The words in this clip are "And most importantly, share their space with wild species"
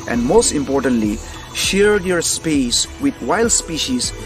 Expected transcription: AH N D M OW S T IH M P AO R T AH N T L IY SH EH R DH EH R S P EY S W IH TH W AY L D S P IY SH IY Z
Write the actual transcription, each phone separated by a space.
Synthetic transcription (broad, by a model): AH N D M OW S T IH M P AO R T AH N T L IY SH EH R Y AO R S P EY S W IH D W AY L D S P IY SH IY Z